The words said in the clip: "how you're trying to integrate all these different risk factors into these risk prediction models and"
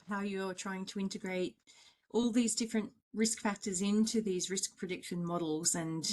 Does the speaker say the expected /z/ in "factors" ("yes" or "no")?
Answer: yes